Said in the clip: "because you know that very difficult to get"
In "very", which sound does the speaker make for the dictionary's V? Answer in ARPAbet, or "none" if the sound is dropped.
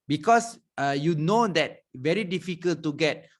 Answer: V